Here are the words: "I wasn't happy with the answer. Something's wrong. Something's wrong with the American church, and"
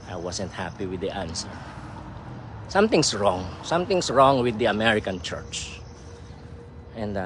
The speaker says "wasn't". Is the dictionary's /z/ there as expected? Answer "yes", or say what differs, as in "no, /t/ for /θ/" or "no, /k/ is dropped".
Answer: no, /s/ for /z/